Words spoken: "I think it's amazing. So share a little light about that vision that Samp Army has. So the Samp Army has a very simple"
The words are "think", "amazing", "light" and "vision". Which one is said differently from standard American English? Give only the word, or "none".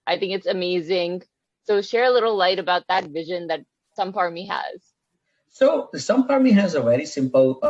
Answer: none